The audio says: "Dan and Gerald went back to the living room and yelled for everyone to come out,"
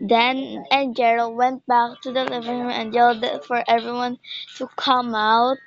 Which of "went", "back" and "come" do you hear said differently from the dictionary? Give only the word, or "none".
none